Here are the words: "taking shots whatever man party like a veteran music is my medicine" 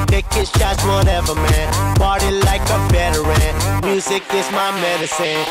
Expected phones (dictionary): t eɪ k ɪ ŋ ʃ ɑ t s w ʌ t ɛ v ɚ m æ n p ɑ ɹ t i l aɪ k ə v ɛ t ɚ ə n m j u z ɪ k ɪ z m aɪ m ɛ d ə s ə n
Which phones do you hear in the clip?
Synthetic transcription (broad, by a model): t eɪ k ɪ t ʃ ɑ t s w ʌ t ɛ v ɚ m æ n b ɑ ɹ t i l aɪ k ə b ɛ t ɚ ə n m j u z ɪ k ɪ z m aɪ m ɛ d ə s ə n